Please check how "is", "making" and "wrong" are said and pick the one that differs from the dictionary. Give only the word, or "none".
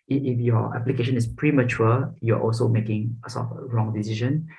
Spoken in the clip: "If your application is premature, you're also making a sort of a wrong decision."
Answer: is